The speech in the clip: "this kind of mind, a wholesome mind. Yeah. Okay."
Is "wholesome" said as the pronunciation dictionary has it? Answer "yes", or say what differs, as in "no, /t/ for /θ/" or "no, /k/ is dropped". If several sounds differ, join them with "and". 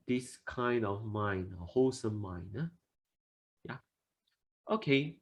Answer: no, /l/ is dropped